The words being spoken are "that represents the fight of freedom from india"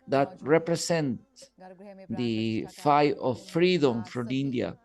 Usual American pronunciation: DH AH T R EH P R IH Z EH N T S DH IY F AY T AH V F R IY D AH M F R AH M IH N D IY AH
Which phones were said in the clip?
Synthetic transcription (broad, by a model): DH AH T R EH P R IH S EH N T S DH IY F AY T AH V F R IY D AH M F R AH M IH N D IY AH